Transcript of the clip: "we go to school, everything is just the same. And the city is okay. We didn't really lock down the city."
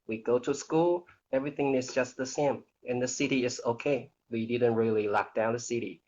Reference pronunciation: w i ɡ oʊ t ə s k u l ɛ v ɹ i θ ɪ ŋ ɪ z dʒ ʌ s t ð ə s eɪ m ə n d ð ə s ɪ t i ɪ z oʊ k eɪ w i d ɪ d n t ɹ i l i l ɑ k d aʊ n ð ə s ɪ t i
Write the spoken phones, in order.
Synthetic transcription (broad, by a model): w i ɡ oʊ t ə s k u l ɛ v ɹ i θ ɪ ŋ ɪ z dʒ ʌ s t ð ə s eɪ m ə n ð ə s ɪ t i ɪ z oʊ k eɪ w i d ɪ d n t ɹ i l i l ɑ k d aʊ n ð ə s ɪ t i